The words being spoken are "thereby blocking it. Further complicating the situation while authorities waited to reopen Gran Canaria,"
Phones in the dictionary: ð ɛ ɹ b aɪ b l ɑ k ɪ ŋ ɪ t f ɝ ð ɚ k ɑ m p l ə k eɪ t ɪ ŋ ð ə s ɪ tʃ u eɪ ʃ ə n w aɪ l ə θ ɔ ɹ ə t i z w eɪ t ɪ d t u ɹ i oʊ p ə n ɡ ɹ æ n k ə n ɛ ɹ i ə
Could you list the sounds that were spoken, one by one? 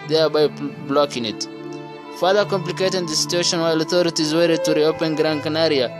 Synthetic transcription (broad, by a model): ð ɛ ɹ b aɪ b l ɑ k ɪ ŋ ɪ t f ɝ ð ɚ k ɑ m p l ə k eɪ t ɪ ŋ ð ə s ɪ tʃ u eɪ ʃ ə n w aɪ l ə θ ɔ ɹ ə t i z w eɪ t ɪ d t u ɹ i oʊ p ə n ɡ ɹ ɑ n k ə n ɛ ɹ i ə